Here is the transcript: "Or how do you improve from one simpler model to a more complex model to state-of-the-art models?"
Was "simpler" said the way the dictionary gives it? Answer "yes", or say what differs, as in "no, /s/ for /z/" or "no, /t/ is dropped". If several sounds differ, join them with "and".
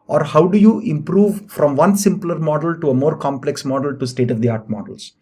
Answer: yes